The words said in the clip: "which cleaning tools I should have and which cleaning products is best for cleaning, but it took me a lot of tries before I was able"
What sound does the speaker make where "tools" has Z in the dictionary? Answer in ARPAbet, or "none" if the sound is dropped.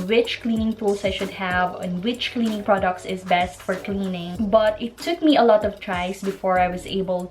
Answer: S